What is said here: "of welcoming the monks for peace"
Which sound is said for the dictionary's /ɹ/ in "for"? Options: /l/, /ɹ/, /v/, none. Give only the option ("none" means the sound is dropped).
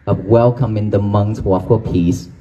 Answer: /l/